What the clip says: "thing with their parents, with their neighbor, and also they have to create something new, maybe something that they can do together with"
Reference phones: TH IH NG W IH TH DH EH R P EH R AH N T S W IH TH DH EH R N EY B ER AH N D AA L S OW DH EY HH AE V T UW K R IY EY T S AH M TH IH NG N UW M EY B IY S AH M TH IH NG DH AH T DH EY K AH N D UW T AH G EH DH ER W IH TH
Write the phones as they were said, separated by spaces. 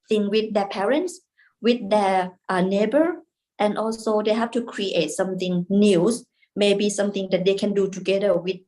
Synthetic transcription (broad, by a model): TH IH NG W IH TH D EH P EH R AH N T S W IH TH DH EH N EY B ER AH N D AA L S OW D EY HH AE F T UW K R IY EY T S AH M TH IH NG N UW M EY B IY S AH M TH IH NG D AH T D EY K AH N D UW T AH G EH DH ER W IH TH